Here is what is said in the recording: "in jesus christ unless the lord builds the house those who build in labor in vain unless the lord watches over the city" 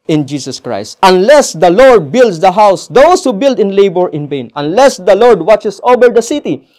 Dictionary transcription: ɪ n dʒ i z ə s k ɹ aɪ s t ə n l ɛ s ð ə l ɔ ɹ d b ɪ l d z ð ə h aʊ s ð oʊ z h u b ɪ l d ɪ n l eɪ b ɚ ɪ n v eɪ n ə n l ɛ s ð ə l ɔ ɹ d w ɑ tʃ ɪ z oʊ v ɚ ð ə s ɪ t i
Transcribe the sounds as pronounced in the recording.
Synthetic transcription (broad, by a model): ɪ n dʒ i s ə s k ɹ aɪ s t ə n l ɛ s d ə l ɔ ɹ d b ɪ l d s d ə h aʊ s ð oʊ s h u b ɪ l d ɪ n l eɪ b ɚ ɪ n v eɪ n ə n l ɛ s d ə l ɔ ɹ d w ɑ tʃ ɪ s oʊ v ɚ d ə s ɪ t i